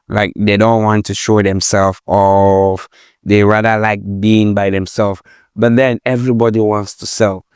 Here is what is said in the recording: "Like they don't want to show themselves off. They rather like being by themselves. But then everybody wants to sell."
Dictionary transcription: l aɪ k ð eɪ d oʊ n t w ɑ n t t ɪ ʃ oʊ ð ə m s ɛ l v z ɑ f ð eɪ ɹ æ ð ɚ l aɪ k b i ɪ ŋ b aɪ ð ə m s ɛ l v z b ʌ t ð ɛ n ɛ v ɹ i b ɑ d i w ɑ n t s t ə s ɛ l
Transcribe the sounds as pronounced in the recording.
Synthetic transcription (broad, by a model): l aɪ k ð eɪ d oʊ n t w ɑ n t t ɪ ʃ oʊ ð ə m s ɛ l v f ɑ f ð eɪ ɹ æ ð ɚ l aɪ k b i ɪ ŋ b aɪ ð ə m s ɛ l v b ʌ t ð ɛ n ɛ v ɹ i b ɑ d i w ɑ n t s t ə s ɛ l